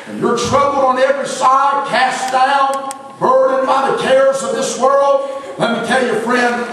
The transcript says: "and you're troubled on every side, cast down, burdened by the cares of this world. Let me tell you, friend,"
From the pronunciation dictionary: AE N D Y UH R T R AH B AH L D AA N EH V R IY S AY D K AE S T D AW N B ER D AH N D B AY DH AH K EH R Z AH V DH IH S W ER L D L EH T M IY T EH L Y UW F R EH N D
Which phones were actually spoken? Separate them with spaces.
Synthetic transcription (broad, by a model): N Y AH R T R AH B L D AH N EH V R IY S AY D K AE S D AW N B ER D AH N B AY DH AH K EH R Z AH V DH IH S W ER L D L EH T M IY T EH L Y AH F R EH N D